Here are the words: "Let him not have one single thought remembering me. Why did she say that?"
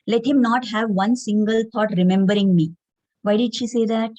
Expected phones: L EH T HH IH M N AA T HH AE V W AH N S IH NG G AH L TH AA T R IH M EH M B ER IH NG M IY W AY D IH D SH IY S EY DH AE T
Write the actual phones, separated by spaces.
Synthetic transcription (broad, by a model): L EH T HH IH M N AA T HH AE V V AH N S IH NG G AH L T AA T R IH M EH M B ER IH NG M IY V AY D IH D SH IY S EY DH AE T